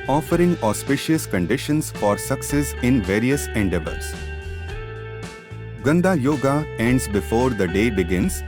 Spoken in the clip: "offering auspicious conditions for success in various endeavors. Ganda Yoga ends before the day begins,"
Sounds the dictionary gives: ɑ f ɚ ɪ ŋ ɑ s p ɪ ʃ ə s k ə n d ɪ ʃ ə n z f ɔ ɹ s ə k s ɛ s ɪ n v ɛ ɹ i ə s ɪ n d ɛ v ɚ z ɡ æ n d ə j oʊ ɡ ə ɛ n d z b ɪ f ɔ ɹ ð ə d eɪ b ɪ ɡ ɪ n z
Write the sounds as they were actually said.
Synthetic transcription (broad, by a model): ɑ f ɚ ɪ ŋ ɑ s p ɪ ʃ ə s k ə n d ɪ ʃ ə n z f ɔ ɹ s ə k s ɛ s ɪ n v ɛ ɹ i ə s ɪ n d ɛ b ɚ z ɡ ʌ n d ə j oʊ ɡ ə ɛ n d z b ɪ f ɔ ɹ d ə d eɪ b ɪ ɡ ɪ n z